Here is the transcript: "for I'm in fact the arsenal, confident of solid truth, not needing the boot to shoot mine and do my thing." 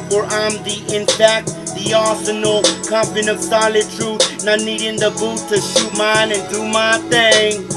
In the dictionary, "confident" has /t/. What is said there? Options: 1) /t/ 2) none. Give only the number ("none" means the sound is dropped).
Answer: 2